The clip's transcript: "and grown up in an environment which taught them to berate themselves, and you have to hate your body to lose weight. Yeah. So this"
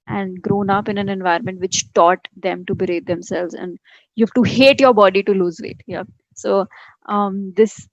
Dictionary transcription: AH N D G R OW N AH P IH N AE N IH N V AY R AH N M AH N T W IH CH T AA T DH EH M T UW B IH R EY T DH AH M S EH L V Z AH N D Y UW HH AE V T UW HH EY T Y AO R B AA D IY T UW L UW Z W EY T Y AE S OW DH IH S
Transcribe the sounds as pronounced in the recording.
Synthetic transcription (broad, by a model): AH N D G R OW N AH P IH N AE N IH N V AY AH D M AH N T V IH CH T AA T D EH M T UW B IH R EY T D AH M S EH L V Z AH N D Y UW HH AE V T UW HH EY T Y AO R B AA D IY T UW L UW Z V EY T Y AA S OW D IH S